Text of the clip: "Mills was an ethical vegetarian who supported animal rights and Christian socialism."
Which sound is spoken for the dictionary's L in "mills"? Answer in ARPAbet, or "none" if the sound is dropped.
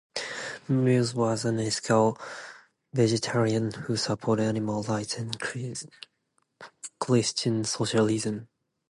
none